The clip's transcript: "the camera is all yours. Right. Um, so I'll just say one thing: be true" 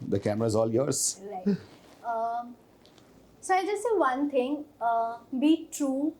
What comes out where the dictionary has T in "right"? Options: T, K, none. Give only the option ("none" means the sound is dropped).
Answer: none